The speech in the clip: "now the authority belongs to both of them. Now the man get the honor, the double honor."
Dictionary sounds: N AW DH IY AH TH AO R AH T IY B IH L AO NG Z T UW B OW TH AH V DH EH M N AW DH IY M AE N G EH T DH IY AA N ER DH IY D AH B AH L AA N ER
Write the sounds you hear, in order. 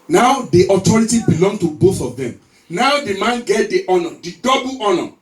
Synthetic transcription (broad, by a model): N AW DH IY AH T AO R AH T IY B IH L AO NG T UW B OW TH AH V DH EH M N AW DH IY M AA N G EH T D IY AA N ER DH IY D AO B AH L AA N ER